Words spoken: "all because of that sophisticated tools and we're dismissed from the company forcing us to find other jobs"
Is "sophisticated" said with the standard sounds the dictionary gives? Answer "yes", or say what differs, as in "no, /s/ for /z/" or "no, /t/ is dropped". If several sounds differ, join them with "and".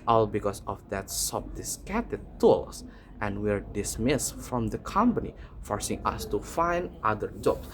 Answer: no, /p/ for /f/